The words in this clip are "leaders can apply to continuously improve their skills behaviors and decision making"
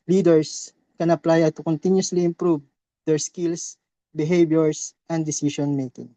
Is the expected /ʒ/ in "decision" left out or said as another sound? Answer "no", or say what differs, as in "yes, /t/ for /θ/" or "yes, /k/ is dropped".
yes, /ʃ/ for /ʒ/